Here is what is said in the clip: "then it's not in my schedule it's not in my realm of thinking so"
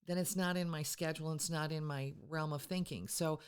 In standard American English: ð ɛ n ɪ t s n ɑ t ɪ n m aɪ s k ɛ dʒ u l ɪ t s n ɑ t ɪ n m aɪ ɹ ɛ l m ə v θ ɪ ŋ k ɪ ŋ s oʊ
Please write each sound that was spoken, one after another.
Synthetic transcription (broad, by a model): ð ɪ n ɪ t s n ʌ t ɪ n m aɪ s k ɛ dʒ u l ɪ t s n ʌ t ɪ n m aɪ ɹ ɛ l m ə v θ ɪ ŋ k ɪ ŋ s oʊ